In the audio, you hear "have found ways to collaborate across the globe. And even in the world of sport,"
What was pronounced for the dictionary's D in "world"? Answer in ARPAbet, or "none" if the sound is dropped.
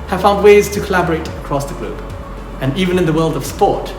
D